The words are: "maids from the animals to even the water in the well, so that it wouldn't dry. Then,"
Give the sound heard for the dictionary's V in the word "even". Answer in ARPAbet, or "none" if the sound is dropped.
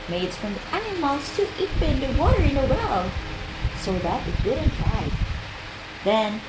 P